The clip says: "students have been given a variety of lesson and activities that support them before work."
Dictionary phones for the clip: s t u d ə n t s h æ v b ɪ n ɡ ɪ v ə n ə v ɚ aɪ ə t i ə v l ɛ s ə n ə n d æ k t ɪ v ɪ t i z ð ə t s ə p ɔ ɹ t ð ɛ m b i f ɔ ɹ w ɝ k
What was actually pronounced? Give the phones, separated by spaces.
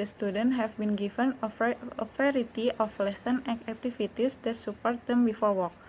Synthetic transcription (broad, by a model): s t u d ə n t h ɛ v b ɪ n ɡ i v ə n ə f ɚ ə t i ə f l ɛ s ə n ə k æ k t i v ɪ t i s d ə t s ə p ɔ ɹ t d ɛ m b i f ɔ ɹ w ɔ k